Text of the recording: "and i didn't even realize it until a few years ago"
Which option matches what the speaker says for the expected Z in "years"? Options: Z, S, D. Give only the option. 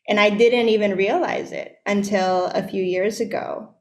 Z